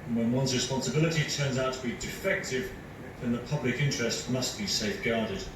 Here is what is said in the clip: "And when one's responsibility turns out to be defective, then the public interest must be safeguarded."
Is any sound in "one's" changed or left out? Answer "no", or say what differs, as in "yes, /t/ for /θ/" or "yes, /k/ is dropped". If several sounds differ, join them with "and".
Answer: no